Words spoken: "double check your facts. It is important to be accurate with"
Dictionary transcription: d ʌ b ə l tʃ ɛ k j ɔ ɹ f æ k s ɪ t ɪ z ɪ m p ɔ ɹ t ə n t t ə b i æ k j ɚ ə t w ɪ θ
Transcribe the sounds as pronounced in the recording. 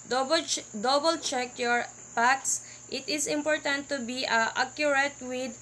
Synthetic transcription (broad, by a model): d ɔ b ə l tʃ ɛ k j ɔ ɹ p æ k s ɪ t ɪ s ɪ m p ɔ ɹ t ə n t t ə b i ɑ k j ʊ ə t w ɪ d